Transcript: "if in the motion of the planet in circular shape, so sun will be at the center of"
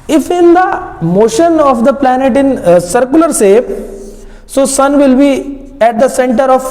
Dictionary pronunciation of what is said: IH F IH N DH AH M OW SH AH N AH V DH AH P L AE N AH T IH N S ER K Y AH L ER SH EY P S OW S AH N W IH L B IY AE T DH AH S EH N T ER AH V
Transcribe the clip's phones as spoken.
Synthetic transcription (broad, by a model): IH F IH N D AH M OW SH AH N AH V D AH P L AE N AH T IH N S ER K Y AH L ER S EY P S OW S AH N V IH L B IY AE T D AH S EH N T ER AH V